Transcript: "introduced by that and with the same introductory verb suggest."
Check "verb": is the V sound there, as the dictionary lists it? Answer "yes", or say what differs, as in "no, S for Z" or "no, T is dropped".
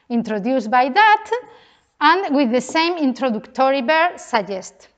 no, B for V